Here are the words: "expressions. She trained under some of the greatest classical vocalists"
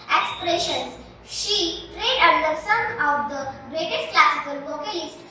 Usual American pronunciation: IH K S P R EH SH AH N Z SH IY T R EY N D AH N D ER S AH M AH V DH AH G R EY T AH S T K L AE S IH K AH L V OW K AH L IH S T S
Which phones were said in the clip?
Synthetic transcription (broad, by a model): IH K S P R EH SH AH N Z SH IY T R EY D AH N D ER S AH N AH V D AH G R EY T AH S T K L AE S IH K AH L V OW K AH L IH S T